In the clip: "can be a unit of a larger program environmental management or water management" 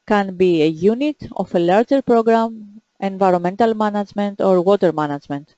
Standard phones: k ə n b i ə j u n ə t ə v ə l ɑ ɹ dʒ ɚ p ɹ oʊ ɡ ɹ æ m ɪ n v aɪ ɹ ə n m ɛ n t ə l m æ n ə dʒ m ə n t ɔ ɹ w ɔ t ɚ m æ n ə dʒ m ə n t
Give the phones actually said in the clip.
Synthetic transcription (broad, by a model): k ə n b i ə j u n ə t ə f ə l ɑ ɹ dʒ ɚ p ɹ oʊ ɡ ɹ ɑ m ɪ n v aɪ ɹ ə n m ɛ n t ə l m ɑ n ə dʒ m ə n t ɔ ɹ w ɔ t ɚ m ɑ n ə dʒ m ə n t